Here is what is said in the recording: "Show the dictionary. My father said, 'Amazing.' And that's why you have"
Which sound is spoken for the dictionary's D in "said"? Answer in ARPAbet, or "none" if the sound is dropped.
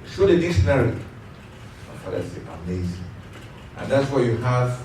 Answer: none